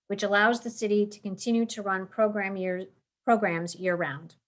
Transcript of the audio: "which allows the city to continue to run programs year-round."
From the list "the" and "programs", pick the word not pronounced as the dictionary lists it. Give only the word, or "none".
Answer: none